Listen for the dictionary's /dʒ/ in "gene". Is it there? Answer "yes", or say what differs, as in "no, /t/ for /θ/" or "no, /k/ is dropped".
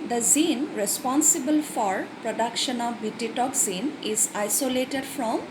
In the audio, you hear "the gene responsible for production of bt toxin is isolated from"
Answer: no, /z/ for /dʒ/